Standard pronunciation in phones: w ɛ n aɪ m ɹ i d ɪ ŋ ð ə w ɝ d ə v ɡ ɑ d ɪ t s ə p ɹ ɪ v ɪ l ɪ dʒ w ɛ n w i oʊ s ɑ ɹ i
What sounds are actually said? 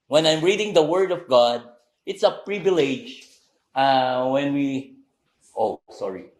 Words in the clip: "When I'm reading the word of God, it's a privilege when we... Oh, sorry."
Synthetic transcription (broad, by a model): w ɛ n aɪ m ɹ i d ɪ ŋ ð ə w ɝ d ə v ɡ ɑ d ɪ t s ə p ɹ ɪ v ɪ l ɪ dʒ w ɛ n w i oʊ s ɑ ɹ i